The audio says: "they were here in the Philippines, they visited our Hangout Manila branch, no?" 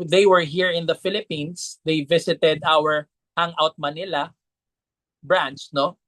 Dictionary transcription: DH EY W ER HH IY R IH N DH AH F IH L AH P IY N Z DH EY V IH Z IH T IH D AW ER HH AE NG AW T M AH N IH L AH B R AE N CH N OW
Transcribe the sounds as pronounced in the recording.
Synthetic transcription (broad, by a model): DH EY W ER HH IY R IH N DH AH F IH L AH P IY N S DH EY V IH S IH T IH D AW ER HH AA NG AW T M AH N IH L AH B R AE N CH N OW